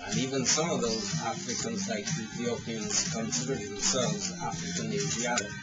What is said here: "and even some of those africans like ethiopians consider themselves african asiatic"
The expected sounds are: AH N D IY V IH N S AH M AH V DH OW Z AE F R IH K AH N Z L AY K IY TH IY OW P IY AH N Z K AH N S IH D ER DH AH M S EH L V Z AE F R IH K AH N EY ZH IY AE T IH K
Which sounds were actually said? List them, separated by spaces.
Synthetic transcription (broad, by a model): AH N IY V IH N S AH M AH V DH OW Z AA F R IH K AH N Z L AY K IY TH IY OW P IY AH N Z K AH N S IH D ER DH AH M S EH L V Z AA F R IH K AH N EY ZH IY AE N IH